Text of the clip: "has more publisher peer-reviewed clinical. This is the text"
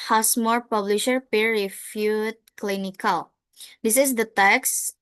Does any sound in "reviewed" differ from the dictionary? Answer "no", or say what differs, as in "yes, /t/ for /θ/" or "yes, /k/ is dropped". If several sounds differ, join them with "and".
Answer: yes, /f/ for /v/